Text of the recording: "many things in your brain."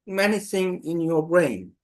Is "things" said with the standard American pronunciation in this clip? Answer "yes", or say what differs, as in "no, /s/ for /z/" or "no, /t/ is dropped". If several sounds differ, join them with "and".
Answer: no, /s/ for /θ/ and /z/ is dropped